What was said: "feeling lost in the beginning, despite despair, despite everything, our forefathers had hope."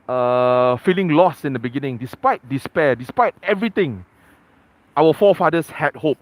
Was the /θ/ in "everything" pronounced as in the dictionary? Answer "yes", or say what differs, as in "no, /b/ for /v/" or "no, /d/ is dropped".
no, /t/ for /θ/